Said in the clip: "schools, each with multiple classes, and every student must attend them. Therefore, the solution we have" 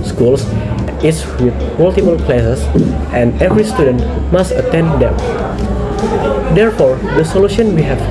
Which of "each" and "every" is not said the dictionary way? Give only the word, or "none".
each